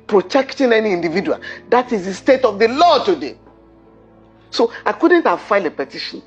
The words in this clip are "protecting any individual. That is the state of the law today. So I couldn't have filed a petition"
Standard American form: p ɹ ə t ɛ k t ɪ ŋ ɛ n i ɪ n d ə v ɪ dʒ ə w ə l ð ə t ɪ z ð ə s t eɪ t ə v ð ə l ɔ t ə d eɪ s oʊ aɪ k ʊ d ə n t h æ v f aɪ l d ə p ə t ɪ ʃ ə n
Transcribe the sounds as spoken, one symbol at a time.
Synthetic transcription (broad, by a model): p ɹ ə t ɛ k t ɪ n ɛ n i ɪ n d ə v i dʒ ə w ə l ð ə t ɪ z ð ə s t eɪ t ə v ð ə l ɔ t ə d eɪ s oʊ aɪ k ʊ d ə n t h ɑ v f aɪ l ə p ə t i ʃ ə n